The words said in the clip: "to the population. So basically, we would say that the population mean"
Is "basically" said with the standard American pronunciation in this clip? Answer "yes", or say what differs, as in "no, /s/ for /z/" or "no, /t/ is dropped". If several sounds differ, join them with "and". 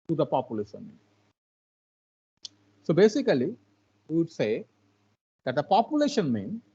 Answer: no, /l/ is dropped